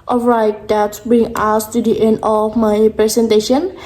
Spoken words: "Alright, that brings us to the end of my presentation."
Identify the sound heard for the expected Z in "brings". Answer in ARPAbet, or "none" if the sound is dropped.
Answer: none